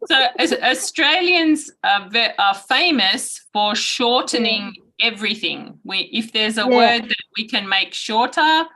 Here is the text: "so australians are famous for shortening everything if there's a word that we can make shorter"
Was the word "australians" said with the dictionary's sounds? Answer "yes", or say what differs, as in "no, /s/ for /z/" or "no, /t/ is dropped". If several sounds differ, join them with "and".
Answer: yes